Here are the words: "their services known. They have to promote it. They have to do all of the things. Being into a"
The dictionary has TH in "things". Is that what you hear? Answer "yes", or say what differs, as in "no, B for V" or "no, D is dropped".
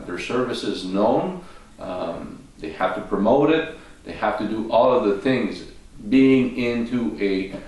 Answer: yes